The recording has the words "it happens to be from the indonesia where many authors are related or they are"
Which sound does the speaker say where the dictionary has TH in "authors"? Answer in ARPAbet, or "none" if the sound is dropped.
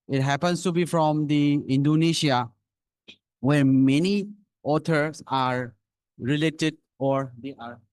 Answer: T